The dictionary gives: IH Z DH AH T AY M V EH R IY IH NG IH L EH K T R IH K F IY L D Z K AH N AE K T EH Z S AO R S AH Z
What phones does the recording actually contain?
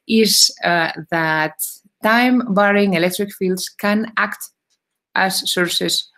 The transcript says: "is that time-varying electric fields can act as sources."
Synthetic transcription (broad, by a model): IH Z DH AH T AY M B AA R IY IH NG IH L EH K T R IH K F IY L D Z K AH N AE K T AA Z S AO R S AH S